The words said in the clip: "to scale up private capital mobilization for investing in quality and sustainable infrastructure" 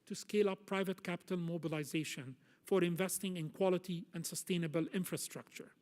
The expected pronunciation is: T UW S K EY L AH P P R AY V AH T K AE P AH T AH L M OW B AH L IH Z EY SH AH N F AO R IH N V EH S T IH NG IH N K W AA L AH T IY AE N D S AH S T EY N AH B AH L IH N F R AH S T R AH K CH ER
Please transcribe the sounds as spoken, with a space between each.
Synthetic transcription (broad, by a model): T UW S K EY L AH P P R AY V AH T K AE P AH T AH L M OW B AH L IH Z EY SH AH N F AO R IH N V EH S T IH NG IH N K W AA L AH T IY AE N D S AH S T EY N AH B AH L IH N F R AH S T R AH K CH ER